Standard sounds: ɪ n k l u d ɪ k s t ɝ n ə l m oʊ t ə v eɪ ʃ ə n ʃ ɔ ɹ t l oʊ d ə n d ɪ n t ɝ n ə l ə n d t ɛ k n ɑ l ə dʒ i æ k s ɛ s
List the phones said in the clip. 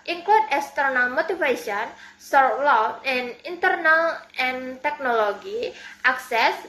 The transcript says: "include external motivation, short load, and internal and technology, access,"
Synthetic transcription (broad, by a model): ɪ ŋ k l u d ɪ k s t ɝ n ə l m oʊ t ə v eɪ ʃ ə n s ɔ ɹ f l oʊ ə n ɪ n t ɝ n ə l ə n t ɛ k n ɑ l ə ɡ i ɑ k s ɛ s